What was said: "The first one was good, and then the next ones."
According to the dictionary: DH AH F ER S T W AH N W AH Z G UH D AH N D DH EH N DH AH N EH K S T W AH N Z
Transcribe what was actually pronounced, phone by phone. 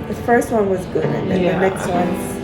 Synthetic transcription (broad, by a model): DH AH F ER S T W AH N W AH Z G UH AH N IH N DH AH N EH K S T W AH N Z